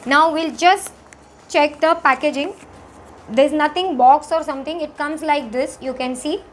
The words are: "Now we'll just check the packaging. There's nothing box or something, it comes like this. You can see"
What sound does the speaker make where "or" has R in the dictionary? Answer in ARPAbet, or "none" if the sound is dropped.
R